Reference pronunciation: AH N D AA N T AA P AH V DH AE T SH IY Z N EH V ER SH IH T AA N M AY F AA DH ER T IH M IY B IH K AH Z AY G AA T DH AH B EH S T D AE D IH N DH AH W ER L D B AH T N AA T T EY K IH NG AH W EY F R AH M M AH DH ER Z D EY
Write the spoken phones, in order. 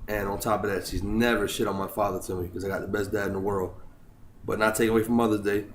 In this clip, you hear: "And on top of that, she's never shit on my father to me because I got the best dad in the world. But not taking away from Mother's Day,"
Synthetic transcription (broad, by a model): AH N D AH N T AA P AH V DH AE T SH IY Z N EH V ER SH IH T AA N M AY F AA DH ER T IH M IY K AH Z AY G AA T DH AH B EH S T D AE D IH N DH AH W ER L D B AH T N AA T T EY K IH NG AH W EY F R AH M M AH DH ER Z D EY